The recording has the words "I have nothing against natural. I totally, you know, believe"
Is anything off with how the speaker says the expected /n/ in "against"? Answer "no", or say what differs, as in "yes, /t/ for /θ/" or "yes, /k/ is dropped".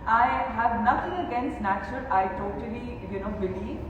no